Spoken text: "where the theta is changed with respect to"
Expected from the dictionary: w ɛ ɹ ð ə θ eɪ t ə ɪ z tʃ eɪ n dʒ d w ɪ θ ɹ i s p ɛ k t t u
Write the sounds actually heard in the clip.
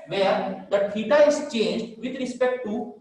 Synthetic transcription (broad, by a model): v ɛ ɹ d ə t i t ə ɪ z tʃ eɪ n dʒ d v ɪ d ɹ i s p ɛ k t t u